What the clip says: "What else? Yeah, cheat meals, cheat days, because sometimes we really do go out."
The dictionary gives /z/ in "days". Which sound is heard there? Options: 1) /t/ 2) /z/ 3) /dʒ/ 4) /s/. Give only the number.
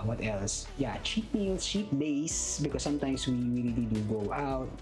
4